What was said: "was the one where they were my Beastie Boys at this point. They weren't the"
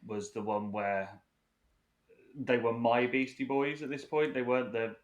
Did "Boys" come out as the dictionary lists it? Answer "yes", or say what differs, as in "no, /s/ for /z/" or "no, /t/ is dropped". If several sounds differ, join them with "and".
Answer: yes